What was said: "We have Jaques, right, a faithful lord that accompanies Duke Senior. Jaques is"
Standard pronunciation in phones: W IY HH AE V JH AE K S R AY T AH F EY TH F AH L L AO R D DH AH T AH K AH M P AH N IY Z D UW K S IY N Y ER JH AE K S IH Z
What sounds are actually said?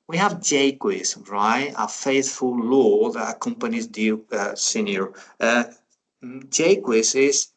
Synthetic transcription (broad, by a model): W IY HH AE V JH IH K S R AY T AH F EY TH F AH L L AO DH AH T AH K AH M P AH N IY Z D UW S IY N Y ER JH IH K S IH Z